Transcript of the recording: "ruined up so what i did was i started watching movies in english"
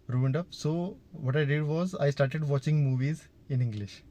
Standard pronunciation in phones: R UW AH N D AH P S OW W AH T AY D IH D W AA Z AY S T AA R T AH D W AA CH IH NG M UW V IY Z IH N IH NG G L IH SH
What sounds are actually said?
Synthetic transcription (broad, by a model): R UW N D AH P S OW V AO T AY D IH D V AA Z AY S T AA R T AH D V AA CH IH NG M UW V IY Z IH N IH NG G L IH SH